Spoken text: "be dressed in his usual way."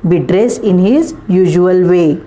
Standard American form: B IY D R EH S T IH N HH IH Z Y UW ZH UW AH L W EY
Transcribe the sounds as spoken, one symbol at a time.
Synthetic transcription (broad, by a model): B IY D R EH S IH N HH IH Z Y UW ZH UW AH L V EY